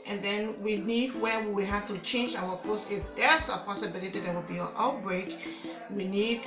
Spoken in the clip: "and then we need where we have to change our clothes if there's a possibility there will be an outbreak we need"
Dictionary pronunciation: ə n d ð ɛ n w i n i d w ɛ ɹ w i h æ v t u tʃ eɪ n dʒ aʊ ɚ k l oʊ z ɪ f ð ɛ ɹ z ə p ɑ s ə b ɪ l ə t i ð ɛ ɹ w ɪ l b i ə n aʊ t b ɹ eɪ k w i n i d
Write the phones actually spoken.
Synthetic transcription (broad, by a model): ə n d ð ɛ n w i n i d w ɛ w w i h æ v t u tʃ eɪ n dʒ aʊ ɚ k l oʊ s ɪ f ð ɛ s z ə p ɑ s ə b ɪ l ə t i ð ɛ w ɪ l b i ə n aʊ t b ɹ eɪ k w i n i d